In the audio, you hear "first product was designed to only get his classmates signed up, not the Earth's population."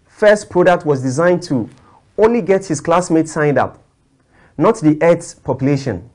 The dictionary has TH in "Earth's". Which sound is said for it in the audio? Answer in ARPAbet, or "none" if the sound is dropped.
T